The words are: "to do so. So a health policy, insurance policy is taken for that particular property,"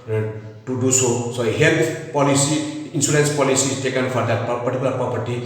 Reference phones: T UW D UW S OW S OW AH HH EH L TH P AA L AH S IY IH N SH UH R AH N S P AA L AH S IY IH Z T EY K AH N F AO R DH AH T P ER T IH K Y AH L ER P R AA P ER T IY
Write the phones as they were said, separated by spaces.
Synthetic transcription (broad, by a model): T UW D UW S OW S OW HH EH L T P AA L AH S IY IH N S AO L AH N S P AA L AH S IY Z T EY K AH N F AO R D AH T P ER T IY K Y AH L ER P R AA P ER T IY